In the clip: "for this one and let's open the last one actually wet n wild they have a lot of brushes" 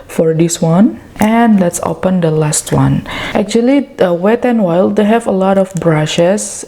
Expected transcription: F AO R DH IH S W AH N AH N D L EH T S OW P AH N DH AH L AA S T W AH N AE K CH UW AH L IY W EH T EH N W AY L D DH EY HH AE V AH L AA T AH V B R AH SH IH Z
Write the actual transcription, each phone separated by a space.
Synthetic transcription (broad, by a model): F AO R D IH S W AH N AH N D L EH T S OW P AH N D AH L AA S T W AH N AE K CH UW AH L IY W EH T EH N W AY L D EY HH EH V AH L AA T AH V B R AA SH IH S